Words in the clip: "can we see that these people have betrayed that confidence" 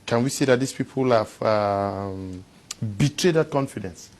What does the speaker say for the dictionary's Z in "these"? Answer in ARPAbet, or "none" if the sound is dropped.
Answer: S